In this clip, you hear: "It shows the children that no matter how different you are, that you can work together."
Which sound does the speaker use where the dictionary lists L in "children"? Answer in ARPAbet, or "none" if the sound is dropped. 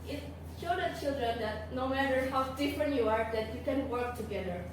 L